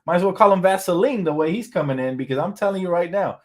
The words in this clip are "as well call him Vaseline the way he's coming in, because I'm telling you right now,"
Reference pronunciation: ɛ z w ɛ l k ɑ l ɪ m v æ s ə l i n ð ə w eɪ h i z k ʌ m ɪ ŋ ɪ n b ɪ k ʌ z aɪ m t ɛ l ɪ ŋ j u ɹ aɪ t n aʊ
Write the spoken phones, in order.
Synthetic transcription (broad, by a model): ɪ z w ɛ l k ɑ l ɪ m v æ s ə l i n ð ə w eɪ h i z k ʌ m ɪ ŋ ɪ n b ɪ k ʌ z aɪ m t ɛ l ɪ ŋ j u ɹ aɪ t n aʊ